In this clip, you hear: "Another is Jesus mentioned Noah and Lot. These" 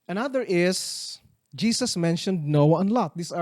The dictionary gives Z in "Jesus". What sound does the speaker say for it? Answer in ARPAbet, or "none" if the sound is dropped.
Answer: S